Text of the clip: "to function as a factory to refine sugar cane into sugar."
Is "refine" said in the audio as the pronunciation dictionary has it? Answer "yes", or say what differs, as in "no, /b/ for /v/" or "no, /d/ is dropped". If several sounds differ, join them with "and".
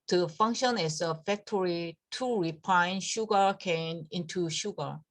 no, /p/ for /f/